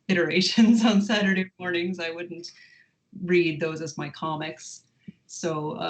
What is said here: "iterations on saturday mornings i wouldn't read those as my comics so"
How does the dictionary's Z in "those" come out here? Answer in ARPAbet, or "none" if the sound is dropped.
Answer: Z